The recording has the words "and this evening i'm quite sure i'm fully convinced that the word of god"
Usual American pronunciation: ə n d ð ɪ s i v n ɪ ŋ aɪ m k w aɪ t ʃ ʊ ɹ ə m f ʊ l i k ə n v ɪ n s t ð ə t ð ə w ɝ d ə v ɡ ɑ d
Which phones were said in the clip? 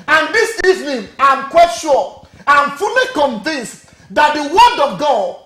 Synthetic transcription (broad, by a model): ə n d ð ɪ s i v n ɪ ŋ aɪ m k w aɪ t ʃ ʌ l ə m f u l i k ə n v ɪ n s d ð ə t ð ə w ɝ d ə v ɡ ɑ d